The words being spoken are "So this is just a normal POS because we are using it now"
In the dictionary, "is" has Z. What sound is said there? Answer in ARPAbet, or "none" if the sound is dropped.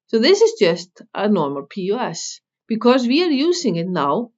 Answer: Z